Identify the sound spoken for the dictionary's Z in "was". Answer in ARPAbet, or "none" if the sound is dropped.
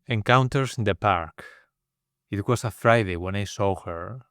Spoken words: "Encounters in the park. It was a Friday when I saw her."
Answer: S